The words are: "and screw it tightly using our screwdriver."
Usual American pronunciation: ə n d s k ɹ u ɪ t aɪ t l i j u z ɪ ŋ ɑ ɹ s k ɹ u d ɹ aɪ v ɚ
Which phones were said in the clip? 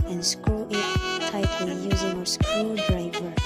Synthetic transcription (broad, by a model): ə n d s k u ɪ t aɪ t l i j u z ɪ ŋ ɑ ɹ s k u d ɹ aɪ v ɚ